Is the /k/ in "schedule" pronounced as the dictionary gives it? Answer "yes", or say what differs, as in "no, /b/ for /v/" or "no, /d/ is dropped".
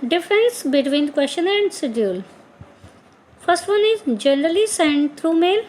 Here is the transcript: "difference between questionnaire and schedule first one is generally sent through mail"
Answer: no, /k/ is dropped